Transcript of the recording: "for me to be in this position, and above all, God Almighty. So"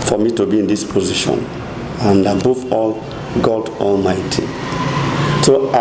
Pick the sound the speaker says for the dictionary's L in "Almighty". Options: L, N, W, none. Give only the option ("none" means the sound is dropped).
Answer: L